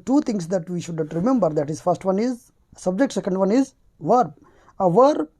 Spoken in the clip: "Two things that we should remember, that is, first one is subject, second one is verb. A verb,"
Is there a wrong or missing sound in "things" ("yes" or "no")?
yes